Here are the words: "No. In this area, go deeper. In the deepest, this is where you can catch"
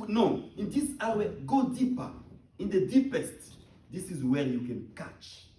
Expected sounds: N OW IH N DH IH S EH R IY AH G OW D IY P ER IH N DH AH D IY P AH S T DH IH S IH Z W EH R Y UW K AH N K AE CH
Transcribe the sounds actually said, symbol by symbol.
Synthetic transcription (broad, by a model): N OW IH N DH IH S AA W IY G OW D IY P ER IH N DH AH D IY P AH S T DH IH S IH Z W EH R Y UW K AH N K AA CH